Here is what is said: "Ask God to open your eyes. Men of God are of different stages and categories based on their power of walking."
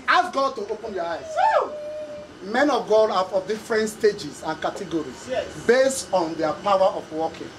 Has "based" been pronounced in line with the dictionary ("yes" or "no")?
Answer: yes